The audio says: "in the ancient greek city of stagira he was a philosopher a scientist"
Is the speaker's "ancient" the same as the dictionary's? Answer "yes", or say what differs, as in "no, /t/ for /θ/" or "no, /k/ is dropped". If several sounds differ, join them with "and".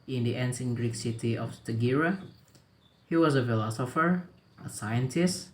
no, /s/ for /ʃ/